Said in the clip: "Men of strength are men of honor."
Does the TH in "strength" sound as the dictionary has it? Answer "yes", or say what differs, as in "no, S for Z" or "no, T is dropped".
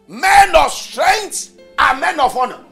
no, T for TH